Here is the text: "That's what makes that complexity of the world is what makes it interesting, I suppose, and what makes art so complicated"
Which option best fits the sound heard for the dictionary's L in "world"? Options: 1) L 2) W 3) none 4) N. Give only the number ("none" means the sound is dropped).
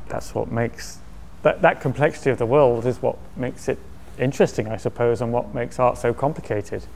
1